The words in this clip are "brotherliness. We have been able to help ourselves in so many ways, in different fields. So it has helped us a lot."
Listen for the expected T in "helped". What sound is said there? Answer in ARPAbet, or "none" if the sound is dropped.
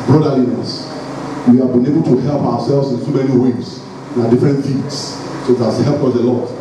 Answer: none